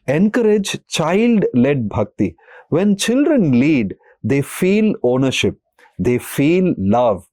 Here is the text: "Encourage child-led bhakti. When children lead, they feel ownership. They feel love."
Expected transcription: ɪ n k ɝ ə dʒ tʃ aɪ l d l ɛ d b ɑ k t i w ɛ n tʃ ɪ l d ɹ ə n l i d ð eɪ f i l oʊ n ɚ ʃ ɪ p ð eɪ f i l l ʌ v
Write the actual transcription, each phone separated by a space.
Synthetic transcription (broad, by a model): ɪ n k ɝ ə dʒ tʃ aɪ l d l ɛ d b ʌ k t i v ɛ n tʃ ɪ l d ɹ ə n l i d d eɪ f i l oʊ n ɚ ʃ ɪ p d eɪ f i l l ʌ v